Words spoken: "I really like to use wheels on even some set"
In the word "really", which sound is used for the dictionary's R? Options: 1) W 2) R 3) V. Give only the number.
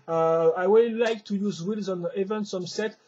1